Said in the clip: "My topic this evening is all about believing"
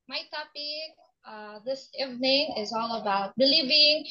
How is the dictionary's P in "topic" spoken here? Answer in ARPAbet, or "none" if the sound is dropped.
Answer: B